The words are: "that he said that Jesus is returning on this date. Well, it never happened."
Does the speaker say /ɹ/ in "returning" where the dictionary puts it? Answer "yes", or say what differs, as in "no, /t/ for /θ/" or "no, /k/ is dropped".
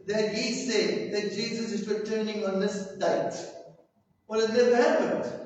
no, /w/ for /ɹ/